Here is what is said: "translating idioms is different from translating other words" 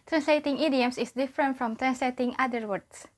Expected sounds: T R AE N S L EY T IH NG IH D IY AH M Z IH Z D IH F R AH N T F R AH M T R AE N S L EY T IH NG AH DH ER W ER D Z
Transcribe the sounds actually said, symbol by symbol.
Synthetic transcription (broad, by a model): T R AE N S L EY T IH NG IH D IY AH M S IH S D IH F R AH N T F R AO M T R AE N S L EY T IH NG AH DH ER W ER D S